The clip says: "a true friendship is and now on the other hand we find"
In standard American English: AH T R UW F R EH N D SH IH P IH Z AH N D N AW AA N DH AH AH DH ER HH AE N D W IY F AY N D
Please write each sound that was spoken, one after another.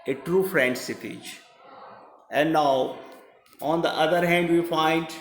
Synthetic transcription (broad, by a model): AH T R UW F R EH N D S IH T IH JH AH N D N AW AA N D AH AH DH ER HH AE N D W IY F AY N D